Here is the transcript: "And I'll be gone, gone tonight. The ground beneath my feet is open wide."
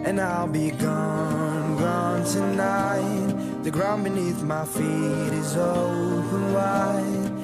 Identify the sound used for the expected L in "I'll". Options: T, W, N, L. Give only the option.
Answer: L